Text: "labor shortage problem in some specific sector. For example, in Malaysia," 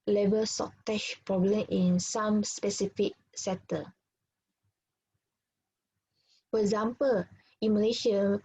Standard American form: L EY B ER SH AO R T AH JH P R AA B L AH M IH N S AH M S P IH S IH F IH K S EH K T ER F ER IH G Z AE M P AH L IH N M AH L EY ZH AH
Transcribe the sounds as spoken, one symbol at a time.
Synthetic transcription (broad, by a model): L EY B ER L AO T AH SH P R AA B L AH M IH N S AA M S P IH S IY F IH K S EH T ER F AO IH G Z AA M P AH L IH N M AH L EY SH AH